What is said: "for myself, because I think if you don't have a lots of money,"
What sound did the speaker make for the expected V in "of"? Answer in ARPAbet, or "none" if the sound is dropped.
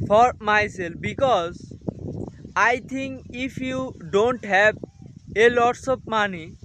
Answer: P